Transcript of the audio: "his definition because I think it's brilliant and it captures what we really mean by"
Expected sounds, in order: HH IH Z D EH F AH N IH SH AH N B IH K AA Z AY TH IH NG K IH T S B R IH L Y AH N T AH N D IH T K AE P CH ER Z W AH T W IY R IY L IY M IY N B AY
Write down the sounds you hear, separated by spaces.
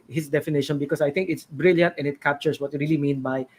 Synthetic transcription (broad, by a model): HH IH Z D EH F AH N IH SH AH N B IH K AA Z AY T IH NG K IH T S B R IH L Y AH N T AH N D IH T K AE P CH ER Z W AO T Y R IY L IY M IY N B AY